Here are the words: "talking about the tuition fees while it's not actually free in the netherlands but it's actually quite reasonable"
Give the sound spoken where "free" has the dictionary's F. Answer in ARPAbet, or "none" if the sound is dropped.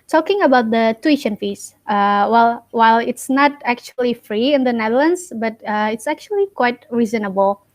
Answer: F